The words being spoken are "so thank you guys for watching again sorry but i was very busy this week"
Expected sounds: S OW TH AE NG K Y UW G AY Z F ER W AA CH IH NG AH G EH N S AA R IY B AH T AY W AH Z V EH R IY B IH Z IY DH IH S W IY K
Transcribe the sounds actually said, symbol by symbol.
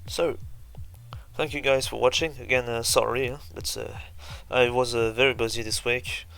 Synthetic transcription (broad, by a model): S OW TH AE NG K Y UW G AY Z F ER W AA CH IH NG AH G EH N S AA R IY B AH T AY W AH Z V EH R IY B IH Z IY DH IH S W IY K